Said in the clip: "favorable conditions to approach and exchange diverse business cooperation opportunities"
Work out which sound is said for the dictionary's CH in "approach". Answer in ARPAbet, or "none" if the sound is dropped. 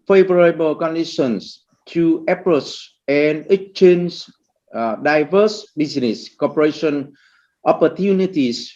S